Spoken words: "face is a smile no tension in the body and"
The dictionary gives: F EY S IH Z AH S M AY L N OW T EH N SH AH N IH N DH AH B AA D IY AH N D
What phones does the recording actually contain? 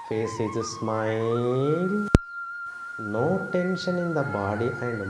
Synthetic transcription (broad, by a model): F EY S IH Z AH S M AY L N OW T EH N SH AH N IH N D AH B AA D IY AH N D